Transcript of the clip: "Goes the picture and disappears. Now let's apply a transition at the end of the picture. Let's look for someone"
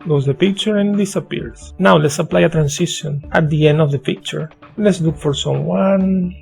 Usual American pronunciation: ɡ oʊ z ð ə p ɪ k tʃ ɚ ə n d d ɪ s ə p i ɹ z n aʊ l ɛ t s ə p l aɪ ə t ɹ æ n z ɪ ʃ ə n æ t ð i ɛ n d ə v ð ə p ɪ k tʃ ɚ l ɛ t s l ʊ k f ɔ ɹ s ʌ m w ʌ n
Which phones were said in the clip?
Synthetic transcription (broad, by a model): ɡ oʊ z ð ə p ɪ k tʃ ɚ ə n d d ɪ s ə p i ɹ s n aʊ l ɛ t s ə p l aɪ ə t ɹ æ n s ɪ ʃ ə n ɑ t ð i ɛ n d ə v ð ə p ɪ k tʃ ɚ l ɛ t s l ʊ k f ɔ ɹ s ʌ m w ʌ n